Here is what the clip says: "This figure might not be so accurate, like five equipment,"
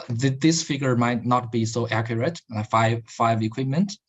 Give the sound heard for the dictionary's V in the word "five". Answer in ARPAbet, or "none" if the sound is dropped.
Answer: V